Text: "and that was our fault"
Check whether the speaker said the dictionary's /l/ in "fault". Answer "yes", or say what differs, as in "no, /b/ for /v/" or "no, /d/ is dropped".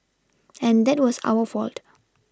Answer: yes